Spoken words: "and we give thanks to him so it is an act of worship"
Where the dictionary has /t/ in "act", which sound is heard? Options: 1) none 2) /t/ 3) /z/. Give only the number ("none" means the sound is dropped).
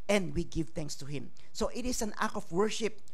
1